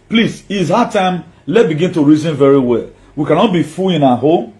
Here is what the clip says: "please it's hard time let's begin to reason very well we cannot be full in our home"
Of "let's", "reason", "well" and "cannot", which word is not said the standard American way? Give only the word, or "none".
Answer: let's